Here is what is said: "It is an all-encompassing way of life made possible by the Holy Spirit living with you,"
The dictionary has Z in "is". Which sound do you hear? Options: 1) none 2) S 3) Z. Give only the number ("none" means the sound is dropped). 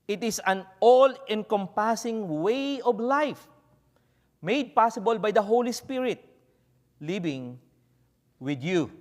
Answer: 2